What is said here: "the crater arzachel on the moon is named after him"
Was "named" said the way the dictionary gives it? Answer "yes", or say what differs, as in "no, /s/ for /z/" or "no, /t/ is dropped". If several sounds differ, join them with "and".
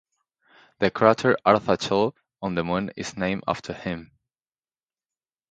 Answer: no, /d/ is dropped